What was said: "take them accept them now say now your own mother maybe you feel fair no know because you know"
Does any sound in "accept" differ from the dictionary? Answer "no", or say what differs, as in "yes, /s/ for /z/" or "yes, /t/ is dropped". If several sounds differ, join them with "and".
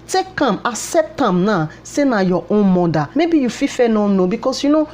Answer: yes, /k/ is dropped